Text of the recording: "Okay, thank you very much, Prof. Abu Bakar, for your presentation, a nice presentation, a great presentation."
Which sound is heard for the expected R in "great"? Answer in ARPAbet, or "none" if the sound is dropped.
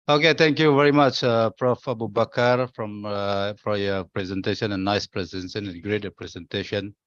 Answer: R